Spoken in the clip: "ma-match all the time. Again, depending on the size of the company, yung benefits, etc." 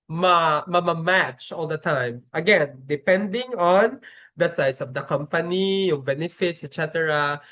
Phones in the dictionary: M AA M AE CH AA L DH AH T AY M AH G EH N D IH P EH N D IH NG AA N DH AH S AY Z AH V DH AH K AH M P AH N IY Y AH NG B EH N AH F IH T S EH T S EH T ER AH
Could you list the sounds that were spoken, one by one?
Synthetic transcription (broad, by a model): M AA M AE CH AA L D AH T AY M AH G EH N D IH P EH N D IH NG AA N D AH S AY S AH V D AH K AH M P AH N IY Y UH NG B EH N AH F IH T S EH T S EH T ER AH